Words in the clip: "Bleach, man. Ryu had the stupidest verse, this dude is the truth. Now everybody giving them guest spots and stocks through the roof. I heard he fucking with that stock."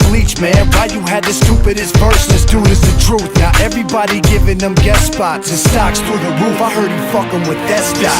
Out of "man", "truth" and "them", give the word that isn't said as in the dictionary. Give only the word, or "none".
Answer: none